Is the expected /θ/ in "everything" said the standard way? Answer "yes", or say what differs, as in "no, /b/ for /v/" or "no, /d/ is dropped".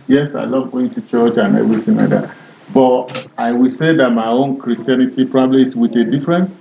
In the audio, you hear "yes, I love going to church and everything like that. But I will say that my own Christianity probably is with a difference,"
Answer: no, /t/ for /θ/